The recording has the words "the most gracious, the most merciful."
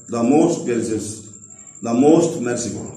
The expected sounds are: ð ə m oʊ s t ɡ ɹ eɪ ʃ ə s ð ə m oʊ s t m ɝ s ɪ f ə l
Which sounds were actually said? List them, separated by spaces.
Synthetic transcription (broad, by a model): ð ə m oʊ s t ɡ eɪ s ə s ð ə m oʊ s t m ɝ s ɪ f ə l